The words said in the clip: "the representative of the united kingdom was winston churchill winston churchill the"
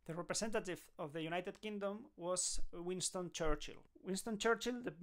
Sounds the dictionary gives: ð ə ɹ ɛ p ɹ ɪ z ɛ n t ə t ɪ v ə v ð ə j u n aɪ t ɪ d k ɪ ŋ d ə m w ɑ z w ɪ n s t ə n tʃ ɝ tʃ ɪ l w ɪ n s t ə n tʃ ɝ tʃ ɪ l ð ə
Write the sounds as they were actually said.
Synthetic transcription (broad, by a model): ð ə ɹ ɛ p ɹ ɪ s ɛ n t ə t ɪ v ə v ð ə j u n aɪ t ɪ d k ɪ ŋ d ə m w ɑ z w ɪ n s t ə n tʃ ɝ tʃ ɪ l w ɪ n s t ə n tʃ ɝ tʃ ɪ l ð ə